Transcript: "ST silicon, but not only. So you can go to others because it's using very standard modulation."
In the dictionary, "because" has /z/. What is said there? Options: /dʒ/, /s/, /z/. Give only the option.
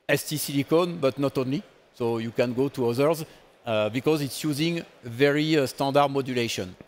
/z/